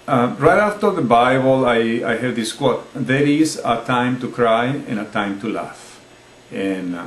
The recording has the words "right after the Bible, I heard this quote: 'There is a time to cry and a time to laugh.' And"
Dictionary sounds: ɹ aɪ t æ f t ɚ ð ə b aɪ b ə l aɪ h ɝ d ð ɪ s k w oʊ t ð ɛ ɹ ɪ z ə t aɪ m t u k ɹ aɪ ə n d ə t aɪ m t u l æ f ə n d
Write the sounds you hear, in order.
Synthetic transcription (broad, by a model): ɹ aɪ t æ f t ɚ ð ə b aɪ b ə l aɪ h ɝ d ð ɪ s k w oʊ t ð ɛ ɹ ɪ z ə t aɪ m t u k ɹ aɪ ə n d ə t aɪ m t u l æ f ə n